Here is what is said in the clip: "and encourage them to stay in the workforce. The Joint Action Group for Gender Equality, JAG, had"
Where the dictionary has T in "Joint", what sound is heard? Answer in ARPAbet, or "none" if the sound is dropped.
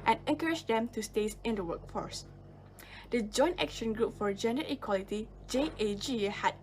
T